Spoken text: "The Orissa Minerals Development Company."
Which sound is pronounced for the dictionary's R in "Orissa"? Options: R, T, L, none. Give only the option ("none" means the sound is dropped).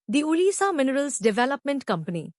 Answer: L